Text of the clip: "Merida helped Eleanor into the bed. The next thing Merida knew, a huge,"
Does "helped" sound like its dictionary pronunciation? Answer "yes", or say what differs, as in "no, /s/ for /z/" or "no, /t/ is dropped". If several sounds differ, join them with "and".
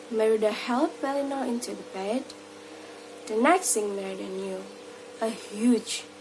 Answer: no, /t/ is dropped